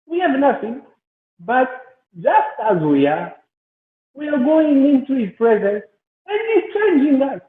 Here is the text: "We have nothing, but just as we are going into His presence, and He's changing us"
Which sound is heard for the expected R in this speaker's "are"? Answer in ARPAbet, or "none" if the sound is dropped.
W